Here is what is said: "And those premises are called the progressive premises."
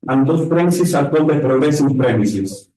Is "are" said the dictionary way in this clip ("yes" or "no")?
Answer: no